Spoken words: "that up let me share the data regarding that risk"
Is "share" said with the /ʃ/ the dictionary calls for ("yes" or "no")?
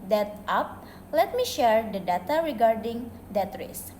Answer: yes